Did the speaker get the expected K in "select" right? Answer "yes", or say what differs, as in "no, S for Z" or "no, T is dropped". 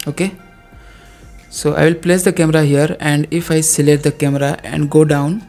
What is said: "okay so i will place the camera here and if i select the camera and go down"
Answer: no, K is dropped